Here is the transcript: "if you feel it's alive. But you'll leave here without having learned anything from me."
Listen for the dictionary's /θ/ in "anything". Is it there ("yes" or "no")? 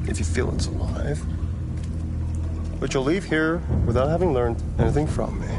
yes